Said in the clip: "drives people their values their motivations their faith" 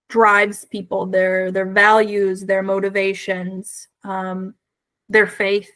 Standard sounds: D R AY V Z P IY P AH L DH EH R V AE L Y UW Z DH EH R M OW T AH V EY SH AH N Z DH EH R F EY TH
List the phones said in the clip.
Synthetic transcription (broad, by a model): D R AY V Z P IY P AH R DH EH R V AE L Y UW Z DH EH R M OW T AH V EY SH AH N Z DH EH R F EY TH